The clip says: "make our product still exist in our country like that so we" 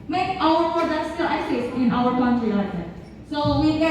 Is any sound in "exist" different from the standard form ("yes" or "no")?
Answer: yes